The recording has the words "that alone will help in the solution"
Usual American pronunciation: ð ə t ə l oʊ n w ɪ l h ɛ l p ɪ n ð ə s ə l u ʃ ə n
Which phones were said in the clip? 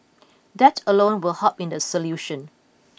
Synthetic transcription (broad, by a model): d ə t ə l oʊ n w ɪ l h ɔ p ɪ n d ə s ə l u ʃ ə n